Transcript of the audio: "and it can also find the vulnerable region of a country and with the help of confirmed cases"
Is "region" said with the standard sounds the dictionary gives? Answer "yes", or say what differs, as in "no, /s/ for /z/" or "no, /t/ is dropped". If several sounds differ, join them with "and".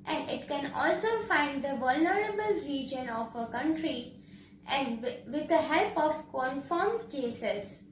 yes